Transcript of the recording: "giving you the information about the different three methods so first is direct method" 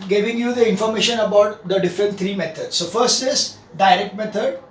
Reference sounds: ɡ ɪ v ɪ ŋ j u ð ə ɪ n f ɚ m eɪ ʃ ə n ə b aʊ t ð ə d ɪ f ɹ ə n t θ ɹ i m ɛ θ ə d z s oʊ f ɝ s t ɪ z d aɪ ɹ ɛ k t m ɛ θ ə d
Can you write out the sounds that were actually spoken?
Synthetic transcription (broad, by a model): ɡ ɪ v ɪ ŋ j u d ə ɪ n f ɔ m eɪ ʃ ə n ə b aʊ t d ə d ɪ f ɹ ə n t t ɹ i m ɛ t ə d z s oʊ f ɝ s t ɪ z d aɪ ɹ ɛ k t m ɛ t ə d